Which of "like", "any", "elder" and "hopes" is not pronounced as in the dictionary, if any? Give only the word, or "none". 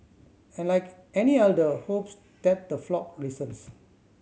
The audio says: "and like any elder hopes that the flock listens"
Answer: elder